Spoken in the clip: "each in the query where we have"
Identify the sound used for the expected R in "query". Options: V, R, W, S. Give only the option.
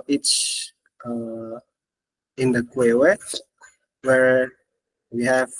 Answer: W